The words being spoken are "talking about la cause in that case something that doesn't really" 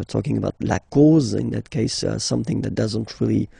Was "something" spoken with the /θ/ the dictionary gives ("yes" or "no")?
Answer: yes